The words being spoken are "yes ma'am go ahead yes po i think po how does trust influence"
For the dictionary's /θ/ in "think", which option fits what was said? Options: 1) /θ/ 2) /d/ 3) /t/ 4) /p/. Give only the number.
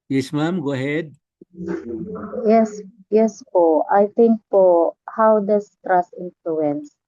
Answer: 3